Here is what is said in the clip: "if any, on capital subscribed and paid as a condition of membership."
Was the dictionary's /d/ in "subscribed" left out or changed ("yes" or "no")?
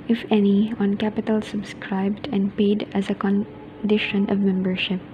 no